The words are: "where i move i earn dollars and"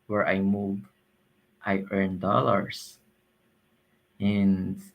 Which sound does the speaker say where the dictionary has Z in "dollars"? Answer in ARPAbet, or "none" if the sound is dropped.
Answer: S